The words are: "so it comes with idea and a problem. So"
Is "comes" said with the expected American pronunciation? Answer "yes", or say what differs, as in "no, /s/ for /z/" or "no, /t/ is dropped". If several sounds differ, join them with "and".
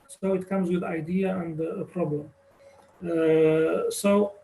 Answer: yes